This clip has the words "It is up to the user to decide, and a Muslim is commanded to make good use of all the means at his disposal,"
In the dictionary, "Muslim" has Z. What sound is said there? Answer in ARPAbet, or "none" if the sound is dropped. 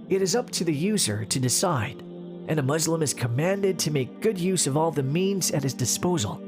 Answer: Z